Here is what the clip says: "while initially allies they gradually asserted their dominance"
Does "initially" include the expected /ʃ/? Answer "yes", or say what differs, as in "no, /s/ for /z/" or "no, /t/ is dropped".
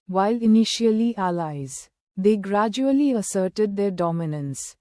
yes